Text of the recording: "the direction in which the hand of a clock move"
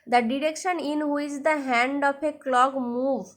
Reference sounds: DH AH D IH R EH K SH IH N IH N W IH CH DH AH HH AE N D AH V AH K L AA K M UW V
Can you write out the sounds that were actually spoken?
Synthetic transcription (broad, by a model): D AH D IH R EH K SH IH N IH N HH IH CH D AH HH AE N D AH P AH K L AA K M UW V